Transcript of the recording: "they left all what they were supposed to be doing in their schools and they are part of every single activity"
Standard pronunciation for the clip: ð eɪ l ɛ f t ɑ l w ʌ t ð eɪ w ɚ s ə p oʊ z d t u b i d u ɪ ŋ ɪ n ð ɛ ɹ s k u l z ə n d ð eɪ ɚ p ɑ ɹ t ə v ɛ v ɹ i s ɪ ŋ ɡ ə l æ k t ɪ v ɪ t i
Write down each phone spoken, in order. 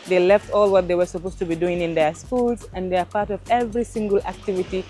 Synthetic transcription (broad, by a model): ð eɪ l ɛ f t ɑ l w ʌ t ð eɪ w ɚ s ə p oʊ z t u b i d u ɪ ŋ ɪ n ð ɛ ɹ s k u l z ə n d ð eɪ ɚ p ɑ ɹ t ə v ɛ v ɹ i s ɪ ŋ ɡ ə l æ k t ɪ v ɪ t i